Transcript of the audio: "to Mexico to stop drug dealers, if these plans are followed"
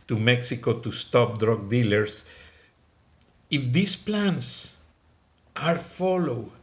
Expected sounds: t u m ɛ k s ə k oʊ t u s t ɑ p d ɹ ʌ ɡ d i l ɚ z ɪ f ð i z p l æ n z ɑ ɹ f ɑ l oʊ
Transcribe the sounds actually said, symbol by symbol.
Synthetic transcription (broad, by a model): t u m ɛ k s ə k oʊ t u s t ɑ p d ɹ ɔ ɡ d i l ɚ s ɪ f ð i s p l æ n s ɑ ɹ f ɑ l oʊ